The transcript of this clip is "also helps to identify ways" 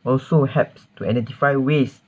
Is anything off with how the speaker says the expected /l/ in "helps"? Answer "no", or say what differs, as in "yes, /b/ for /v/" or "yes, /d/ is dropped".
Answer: yes, /l/ is dropped